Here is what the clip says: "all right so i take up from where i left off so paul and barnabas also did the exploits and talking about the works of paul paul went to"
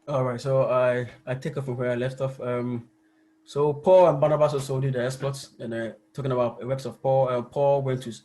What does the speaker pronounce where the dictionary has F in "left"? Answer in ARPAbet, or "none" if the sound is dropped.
F